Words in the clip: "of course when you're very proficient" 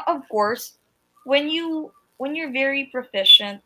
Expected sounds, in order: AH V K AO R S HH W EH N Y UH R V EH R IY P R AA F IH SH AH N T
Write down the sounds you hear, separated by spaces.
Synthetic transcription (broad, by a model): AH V K AO R S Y W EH N Y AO R V EH R IY P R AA F IH SH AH N T